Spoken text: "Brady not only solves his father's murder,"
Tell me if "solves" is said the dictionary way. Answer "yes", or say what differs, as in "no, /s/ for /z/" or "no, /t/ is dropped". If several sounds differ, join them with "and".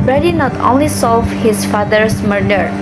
no, /z/ is dropped